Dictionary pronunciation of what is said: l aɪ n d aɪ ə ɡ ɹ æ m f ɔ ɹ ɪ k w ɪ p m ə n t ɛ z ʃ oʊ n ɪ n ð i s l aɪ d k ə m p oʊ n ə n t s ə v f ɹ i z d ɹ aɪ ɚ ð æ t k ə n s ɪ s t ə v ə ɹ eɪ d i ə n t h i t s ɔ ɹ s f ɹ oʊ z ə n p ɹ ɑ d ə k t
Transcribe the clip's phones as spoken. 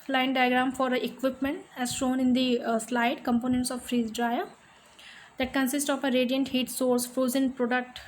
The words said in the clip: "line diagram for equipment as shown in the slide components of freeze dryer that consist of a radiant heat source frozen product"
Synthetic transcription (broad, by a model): l aɪ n d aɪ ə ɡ ɹ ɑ m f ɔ ɹ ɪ k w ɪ p m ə n t ɛ z ʃ oʊ n ɪ n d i s l aɪ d k ə m p oʊ n ə n t s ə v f ɹ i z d ɹ aɪ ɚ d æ t k ə n s ɪ s t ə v ə ɹ eɪ d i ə n t h i t s ɔ ɹ s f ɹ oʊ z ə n p ɹ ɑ d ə k t